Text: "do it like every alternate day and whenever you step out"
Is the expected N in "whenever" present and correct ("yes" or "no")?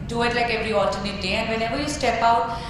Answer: no